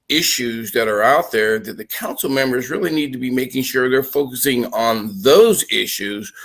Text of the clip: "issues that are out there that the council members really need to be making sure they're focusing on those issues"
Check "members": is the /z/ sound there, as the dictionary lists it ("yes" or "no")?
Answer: yes